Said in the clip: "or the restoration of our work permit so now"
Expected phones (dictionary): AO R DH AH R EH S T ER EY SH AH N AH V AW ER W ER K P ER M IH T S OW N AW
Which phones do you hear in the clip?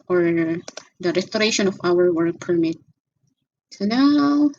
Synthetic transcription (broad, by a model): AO R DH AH R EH S T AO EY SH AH N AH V AW ER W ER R P ER M IH T S OW N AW